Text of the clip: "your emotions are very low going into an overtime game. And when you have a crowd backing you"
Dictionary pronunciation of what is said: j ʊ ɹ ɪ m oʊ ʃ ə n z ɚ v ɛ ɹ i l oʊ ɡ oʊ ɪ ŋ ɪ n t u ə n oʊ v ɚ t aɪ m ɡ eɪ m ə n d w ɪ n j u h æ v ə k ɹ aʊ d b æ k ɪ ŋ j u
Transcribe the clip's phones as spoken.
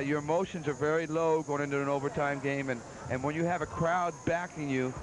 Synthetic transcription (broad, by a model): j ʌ ɹ ɪ m oʊ ʃ ə n z ɚ v ɛ ɹ i l oʊ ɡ oʊ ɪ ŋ ɪ n t u ə n oʊ v ɚ t aɪ m ɡ eɪ m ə n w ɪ n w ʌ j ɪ v ə k ɹ aʊ d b æ k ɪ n j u